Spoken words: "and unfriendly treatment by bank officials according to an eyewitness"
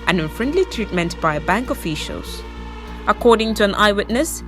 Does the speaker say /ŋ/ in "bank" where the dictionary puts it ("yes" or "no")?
yes